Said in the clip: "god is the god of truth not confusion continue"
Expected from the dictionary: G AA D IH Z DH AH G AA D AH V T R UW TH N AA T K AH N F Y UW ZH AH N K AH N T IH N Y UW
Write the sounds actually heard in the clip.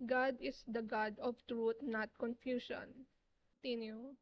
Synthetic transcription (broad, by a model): G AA D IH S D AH G AA D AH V T R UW T N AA T K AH N F Y UW SH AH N N T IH N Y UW